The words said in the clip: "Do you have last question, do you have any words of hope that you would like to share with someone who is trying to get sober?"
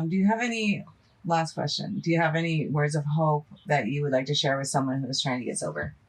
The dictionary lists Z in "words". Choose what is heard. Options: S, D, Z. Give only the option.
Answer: Z